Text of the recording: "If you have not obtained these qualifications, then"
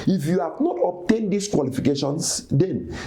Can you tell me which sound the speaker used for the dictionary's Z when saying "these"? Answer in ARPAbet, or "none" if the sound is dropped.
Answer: S